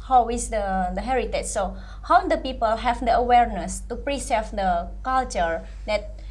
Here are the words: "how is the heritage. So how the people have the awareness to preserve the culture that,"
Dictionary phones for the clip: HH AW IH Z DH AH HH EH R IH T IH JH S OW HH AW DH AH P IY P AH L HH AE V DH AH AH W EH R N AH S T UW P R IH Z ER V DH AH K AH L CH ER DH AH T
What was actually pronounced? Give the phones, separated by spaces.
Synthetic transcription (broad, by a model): HH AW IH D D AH HH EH R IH T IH CH S OW HH AW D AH P IY P AH L HH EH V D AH AH W EH R N AH S T UW P R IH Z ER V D AH K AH L CH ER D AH T